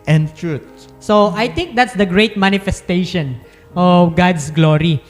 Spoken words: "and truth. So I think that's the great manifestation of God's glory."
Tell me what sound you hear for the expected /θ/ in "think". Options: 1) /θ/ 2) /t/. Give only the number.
2